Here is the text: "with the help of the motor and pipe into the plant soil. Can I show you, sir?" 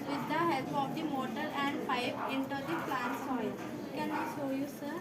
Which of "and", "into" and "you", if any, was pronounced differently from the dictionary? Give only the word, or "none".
none